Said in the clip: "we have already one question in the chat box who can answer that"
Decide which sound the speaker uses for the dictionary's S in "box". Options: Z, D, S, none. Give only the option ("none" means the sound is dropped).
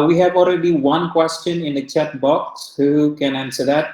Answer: S